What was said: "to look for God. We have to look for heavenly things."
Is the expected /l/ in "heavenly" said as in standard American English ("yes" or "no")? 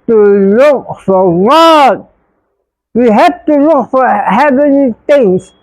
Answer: no